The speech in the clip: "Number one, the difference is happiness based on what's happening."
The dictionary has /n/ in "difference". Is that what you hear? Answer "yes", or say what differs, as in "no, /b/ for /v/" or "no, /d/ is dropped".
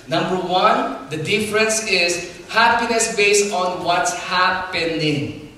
yes